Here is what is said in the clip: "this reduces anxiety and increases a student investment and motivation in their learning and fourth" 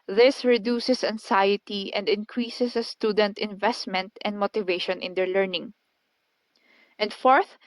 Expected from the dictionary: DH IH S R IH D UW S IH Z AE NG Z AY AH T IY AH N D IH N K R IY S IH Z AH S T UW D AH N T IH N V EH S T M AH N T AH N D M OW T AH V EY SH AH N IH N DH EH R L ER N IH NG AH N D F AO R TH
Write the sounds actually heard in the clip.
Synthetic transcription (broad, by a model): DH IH S R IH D UW S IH S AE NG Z AY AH T IY AH N D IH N K R IY S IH S AH S T UW D AH N T IH N V EH S T M AH N T AH N D M OW T AH V EY SH AH N IH N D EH R L ER N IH NG AH N D F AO R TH